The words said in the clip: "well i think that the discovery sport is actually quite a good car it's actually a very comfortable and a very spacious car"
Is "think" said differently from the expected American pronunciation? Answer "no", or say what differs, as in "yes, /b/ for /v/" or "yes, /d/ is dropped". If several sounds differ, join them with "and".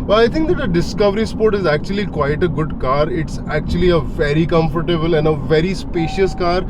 yes, /t/ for /θ/